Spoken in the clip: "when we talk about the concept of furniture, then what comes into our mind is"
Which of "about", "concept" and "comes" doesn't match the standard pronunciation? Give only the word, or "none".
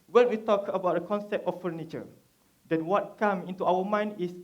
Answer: comes